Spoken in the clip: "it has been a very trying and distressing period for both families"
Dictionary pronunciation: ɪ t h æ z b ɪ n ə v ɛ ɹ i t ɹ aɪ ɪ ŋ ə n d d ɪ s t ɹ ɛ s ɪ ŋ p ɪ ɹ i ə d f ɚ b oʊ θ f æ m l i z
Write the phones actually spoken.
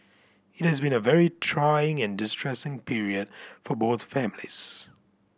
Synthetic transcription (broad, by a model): ɪ t h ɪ z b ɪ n ə v ɛ ɹ i t ɹ aɪ ɪ ŋ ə n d d ɪ s t ɹ ɛ s ɪ ŋ p ɪ ɹ i ə d f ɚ b oʊ θ f æ m l i z